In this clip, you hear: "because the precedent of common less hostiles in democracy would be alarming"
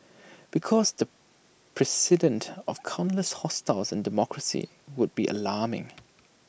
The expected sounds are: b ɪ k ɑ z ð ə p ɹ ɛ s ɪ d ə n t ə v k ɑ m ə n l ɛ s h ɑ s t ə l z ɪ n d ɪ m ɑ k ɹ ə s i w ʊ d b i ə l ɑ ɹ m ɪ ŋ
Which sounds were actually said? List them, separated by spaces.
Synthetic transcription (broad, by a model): b ɪ k ɑ z ð ə p ɹ ɛ s ɪ d ə n t ə v k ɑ ə n l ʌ s h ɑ s t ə l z ɪ n d ɪ m ɑ k ɹ ə s i w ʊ d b i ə l ɑ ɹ m ɪ ŋ